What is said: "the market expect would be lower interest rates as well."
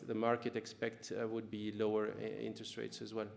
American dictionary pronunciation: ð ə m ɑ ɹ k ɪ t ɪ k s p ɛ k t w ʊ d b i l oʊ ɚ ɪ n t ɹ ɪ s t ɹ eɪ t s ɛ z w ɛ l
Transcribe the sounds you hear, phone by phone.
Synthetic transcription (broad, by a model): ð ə m ɑ ɹ k ɪ t ɪ k s p ɛ k t w ʊ d b i l oʊ ɚ ɪ n t ɹ ɪ s t ɹ eɪ t s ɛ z w ɛ l